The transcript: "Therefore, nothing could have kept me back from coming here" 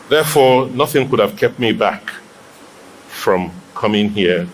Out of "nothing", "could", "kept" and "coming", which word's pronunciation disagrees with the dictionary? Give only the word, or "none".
none